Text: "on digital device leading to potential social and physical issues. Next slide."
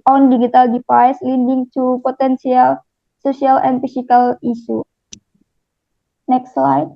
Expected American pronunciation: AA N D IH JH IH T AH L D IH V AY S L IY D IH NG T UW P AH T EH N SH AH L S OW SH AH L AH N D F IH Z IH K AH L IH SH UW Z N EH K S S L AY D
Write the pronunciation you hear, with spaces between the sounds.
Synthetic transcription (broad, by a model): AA N D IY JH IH T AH L D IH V AY S L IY D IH NG T UW P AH T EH N S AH L S OW S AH L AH N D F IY S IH K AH L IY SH UW N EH K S S L AY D